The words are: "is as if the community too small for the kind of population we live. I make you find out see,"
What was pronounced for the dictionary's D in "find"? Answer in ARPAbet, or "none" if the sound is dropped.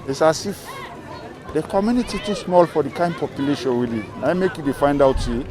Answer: D